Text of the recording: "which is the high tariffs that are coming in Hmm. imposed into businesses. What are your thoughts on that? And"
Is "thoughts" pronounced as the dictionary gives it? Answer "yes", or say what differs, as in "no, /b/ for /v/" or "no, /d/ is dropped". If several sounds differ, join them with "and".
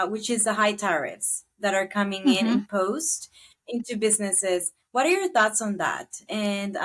yes